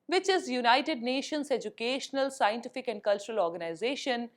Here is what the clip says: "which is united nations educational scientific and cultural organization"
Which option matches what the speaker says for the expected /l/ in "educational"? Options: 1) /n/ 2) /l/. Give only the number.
2